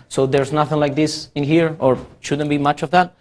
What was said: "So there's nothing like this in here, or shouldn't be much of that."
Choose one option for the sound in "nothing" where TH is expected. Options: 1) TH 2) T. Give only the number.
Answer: 1